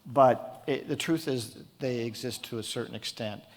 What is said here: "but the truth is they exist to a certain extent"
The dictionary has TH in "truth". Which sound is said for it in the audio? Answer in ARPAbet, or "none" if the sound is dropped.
TH